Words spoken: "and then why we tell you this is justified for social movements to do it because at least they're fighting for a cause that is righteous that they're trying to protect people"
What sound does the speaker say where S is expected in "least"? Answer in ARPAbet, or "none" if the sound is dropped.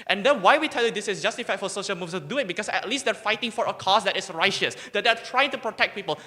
S